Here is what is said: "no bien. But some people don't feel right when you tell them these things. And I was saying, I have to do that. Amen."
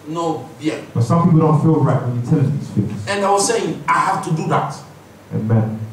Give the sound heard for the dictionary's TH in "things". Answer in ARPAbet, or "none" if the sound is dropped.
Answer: F